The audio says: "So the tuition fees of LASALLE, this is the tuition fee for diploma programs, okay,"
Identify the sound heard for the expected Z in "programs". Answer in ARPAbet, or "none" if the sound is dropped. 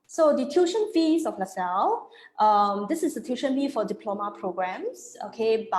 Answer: S